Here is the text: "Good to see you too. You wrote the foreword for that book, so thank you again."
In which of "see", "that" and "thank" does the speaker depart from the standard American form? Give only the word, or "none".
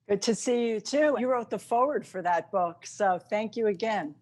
none